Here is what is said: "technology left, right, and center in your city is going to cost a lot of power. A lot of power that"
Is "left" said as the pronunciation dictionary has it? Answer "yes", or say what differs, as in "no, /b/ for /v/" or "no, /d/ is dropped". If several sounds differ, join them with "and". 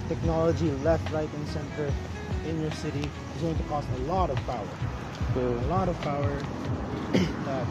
yes